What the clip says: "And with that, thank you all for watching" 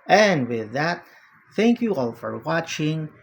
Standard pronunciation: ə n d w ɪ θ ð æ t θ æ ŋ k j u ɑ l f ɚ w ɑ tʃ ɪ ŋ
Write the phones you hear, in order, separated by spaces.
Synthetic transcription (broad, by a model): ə n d w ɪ ð æ t θ æ ŋ k j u ɑ l f ɚ w ɑ tʃ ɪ ŋ